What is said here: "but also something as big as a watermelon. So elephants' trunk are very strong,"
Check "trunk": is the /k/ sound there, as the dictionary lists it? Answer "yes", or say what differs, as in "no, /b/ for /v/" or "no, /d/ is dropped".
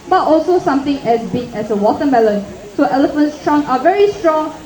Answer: no, /k/ is dropped